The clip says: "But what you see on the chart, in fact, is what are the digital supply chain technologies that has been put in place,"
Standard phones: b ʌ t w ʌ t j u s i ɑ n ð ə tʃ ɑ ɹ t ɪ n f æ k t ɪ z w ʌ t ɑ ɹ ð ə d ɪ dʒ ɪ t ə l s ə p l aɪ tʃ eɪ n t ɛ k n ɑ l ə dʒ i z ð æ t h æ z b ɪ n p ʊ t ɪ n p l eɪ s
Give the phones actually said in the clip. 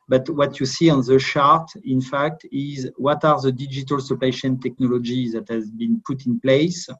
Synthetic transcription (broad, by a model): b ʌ t w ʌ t j u s i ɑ n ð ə ʃ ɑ ɹ t ɪ n f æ k t ɪ z w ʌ t ɑ ɹ ð ə d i dʒ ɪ t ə l s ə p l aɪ ʃ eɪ n t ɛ k n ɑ l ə dʒ i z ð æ t h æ z b ɪ n p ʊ t ɪ n p l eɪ s